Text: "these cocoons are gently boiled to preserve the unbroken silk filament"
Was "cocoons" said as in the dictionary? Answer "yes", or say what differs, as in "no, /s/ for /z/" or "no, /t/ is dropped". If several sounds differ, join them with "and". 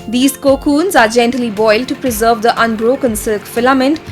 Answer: yes